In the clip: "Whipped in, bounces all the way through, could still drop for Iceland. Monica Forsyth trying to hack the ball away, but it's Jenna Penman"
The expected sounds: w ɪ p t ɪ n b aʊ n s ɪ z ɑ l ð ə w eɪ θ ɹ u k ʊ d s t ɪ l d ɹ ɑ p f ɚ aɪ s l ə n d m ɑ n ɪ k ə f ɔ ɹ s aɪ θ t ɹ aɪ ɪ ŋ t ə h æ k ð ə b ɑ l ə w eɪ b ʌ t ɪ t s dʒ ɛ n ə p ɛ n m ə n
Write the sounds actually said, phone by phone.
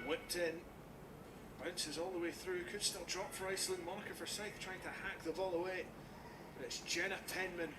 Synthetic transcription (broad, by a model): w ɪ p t ɪ n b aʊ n s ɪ z ɑ l ð ə w eɪ θ ɹ u k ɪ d s t ɪ l d ɹ ɑ p f ɚ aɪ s l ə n m ɑ n ɪ k ə f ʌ ɹ s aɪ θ t ɹ aɪ ɪ ŋ t ə h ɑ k ð ə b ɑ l ə w eɪ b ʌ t ɪ t s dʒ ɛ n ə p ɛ n m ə n